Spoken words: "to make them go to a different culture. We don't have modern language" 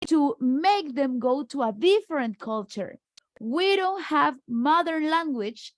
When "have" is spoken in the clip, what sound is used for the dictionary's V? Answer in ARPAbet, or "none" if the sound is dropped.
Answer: V